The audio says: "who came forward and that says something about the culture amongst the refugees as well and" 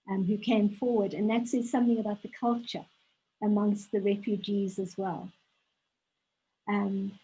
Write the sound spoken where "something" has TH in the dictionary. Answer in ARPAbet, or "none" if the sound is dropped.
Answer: TH